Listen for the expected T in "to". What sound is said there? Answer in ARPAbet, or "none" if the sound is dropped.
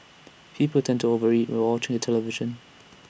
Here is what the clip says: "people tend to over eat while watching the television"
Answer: T